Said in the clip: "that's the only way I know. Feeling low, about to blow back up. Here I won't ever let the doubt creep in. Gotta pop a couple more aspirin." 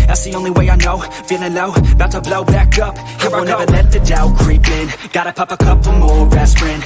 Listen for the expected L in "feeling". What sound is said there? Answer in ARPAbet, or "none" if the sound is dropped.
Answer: N